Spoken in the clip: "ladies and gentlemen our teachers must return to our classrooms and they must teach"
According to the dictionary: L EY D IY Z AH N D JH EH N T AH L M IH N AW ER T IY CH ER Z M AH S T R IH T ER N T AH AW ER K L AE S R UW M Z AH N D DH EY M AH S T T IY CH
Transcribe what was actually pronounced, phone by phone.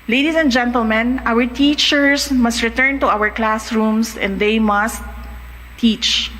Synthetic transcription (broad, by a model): L EY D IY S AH N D JH EH N T AH L M IH N AW ER T IY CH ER S M AH S T R IH T ER N T AH AW ER K L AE S R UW M S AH N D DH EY M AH S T T IY CH